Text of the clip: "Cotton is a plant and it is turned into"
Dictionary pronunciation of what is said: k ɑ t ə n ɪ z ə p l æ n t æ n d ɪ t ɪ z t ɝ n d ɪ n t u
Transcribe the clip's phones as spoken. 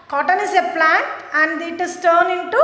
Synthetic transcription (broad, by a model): k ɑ t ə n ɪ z ə p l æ n t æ n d ɪ t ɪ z t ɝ n ɪ n t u